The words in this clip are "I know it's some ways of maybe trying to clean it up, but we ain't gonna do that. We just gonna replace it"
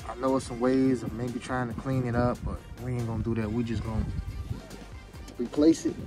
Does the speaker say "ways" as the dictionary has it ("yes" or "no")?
no